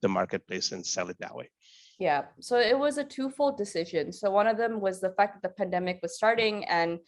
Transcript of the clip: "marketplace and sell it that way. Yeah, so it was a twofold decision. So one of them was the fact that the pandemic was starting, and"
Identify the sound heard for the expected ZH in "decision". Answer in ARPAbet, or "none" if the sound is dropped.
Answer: ZH